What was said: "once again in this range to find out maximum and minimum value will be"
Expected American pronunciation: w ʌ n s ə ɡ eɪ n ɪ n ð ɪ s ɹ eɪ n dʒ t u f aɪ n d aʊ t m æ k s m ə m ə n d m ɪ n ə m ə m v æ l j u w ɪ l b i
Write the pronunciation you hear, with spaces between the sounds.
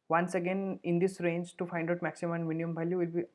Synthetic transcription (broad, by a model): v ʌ n s ə ɡ eɪ n ɪ n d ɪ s ɹ eɪ n dʒ t u f aɪ n d aʊ t m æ k s ə m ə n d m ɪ n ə ə m b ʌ l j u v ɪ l b i